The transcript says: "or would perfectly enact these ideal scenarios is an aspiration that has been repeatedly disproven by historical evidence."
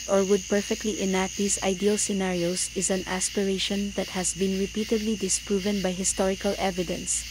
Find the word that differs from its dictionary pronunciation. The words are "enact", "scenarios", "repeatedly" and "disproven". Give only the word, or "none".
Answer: scenarios